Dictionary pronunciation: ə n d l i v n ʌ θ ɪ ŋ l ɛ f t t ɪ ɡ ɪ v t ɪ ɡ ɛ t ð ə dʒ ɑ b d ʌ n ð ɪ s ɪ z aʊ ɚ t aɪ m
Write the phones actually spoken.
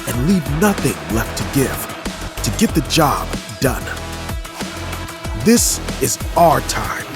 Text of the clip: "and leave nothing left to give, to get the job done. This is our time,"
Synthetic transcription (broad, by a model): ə n l i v n ʌ θ ɪ ŋ l ɛ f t t ɪ ɡ ɪ v t ɪ ɡ ɛ t ð ə dʒ ɑ b d ʌ n ð ɪ s ɪ z aʊ ɚ t aɪ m